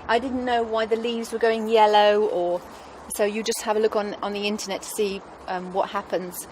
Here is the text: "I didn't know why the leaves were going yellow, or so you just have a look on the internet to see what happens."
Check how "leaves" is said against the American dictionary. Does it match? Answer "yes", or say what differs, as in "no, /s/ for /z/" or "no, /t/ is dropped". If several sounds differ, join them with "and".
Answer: yes